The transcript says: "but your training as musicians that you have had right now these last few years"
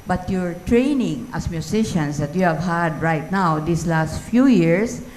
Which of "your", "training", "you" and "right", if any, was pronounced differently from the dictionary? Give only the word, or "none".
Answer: none